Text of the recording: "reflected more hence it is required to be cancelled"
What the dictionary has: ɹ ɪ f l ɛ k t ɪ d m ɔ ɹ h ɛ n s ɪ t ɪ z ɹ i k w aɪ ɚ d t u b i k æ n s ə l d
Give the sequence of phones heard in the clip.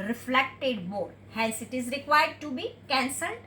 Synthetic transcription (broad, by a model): ɹ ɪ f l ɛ k t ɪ d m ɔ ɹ h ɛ l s ɪ t ɪ z ɹ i k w aɪ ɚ d t u b i k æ n s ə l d